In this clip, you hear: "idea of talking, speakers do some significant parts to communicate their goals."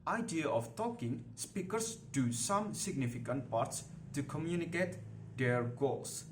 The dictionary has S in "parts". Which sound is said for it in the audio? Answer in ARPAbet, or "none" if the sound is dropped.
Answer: S